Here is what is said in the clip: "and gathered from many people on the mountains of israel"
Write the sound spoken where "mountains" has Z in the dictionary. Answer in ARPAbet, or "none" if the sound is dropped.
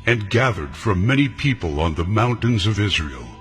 Z